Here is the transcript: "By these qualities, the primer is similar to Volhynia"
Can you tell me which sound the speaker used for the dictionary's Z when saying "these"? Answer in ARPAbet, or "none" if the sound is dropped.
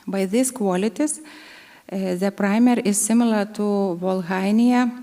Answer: S